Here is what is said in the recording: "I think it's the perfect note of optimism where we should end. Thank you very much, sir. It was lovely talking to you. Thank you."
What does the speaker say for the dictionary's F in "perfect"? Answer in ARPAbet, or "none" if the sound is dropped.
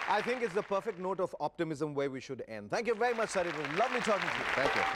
F